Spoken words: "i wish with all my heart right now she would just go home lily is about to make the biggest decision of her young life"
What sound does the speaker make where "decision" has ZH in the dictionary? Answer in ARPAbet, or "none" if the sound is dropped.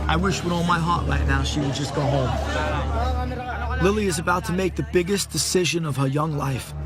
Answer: ZH